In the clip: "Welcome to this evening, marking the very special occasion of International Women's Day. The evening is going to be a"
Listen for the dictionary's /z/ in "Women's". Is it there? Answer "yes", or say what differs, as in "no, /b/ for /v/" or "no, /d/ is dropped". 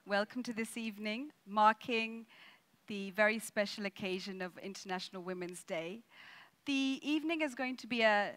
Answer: yes